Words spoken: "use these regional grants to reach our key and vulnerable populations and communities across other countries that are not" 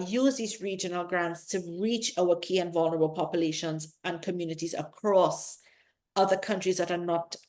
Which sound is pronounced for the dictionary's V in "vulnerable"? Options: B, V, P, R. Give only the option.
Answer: V